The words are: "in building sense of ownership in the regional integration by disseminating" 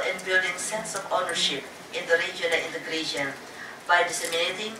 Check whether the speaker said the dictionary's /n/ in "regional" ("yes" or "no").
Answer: no